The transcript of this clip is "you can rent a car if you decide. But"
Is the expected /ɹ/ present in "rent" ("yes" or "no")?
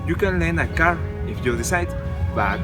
no